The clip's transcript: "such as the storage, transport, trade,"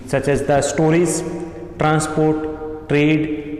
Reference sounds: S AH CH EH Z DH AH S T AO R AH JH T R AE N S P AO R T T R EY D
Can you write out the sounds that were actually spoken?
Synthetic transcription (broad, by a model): S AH CH EH Z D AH S T AO R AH Z T R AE N S P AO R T T R EY D